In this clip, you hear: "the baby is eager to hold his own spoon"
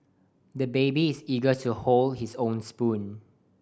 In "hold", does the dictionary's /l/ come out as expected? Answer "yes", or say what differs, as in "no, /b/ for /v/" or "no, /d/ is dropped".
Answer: yes